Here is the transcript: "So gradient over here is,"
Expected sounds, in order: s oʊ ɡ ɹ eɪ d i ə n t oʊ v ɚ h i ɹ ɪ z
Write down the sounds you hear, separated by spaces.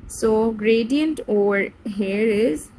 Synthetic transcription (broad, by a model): s oʊ ɡ ɹ eɪ d i ə n t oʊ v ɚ h i ɹ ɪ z